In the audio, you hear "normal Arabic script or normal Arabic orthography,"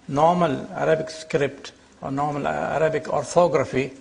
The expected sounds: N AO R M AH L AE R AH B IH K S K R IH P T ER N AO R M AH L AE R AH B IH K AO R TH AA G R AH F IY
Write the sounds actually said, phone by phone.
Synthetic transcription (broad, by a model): N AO R M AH L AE R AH B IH K S K R IH P T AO N AO R M AH L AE R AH B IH K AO R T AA G R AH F IY